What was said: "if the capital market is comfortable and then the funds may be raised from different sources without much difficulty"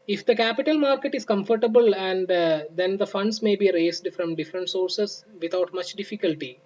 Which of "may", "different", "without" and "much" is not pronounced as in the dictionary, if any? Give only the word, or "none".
without